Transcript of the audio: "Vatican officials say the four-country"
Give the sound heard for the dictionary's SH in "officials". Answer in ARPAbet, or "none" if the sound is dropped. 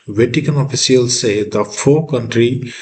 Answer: S